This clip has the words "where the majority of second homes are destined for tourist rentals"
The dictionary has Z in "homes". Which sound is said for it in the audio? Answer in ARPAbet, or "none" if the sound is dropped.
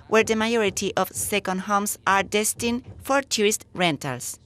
S